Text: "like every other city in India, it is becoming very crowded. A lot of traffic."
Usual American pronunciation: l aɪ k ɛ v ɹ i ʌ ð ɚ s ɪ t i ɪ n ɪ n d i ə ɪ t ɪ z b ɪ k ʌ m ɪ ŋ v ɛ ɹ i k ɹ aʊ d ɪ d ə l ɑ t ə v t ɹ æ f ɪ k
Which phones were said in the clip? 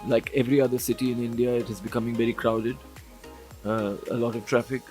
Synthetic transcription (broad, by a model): l aɪ k ɛ v ɹ i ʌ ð ɚ s ɪ t i ɪ n ɪ n d i ə ɪ t ɪ z b ɪ k ʌ m ɪ ŋ v ɛ ɹ i k ɹ aʊ d ɪ d ə l ɑ t ə v t ɹ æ f ɪ k